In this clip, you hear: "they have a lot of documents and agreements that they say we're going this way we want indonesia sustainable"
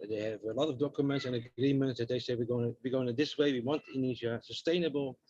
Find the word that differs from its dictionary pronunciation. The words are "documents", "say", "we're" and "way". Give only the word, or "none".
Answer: we're